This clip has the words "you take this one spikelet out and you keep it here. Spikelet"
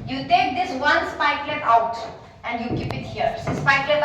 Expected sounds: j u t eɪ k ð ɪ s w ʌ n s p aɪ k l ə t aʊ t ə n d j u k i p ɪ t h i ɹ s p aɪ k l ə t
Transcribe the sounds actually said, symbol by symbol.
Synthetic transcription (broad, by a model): j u t eɪ k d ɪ s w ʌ n s p aɪ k l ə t aʊ t ə n d j u k i p ɪ t h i ɹ s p aɪ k l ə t